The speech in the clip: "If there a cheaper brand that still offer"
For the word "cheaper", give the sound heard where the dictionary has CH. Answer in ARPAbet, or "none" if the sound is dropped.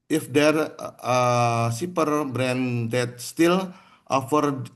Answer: S